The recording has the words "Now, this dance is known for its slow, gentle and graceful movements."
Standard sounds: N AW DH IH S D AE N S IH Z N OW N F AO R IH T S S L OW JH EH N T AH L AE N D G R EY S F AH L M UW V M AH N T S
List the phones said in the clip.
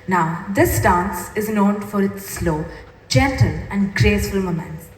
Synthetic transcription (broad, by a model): N AW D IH S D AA N S IH Z N OW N F AO R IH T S S L OW JH EH N T AH L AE N D G R EY S F AH L M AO M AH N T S